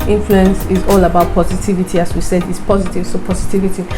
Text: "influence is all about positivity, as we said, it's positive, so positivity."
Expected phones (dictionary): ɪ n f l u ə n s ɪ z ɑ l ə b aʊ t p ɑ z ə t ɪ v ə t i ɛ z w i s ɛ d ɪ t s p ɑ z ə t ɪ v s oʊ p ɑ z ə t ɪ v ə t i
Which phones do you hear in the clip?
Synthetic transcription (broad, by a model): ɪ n f l u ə n s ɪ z ɑ l ə b aʊ t p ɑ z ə t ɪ v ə t i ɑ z w i s ɛ d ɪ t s p ɑ z ə t ɪ v s oʊ p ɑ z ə t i v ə t i